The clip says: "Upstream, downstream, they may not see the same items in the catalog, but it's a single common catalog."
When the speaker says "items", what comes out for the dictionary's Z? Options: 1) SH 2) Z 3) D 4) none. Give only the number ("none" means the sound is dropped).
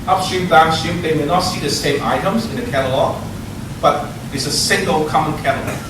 2